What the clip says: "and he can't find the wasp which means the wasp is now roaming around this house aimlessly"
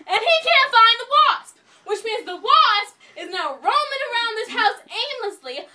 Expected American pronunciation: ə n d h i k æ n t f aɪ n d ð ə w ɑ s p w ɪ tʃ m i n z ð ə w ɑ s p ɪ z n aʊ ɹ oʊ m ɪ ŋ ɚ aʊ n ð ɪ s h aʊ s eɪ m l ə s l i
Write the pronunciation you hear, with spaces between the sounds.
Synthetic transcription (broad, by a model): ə n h i k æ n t f aɪ n ð ə w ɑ s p w ɪ tʃ m i n z ð ə w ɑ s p ɪ z n aʊ ɹ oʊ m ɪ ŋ ɚ aʊ n ð ɪ s h aʊ s eɪ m l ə s l i